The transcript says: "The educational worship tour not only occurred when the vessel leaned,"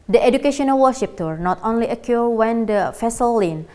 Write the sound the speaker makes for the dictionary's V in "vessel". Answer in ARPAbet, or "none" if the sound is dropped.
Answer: F